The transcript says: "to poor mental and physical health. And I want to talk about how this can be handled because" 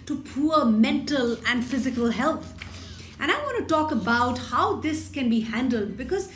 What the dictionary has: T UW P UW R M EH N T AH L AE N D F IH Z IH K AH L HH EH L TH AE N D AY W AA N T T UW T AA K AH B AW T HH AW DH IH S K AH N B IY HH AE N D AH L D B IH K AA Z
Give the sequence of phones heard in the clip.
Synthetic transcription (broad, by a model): T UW P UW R M EH N T AH L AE N D F IH Z IH K AH L HH EH L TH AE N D AY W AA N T T UW T AA K AH B AW T HH AW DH IH S K AH N B IY HH AE N D AH L D B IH K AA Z